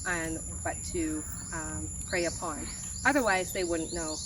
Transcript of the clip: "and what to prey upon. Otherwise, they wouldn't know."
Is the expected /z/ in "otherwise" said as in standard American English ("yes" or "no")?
yes